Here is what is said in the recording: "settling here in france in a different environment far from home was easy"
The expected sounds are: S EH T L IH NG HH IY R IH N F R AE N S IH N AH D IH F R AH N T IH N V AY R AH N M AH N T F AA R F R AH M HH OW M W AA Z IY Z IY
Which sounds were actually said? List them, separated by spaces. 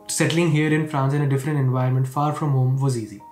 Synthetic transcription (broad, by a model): S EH T L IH NG HH IY R IH N F R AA N S IH N AH D IH F R AH N T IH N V AY AH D M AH N T F AA R F R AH M HH OW M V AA Z IY Z IY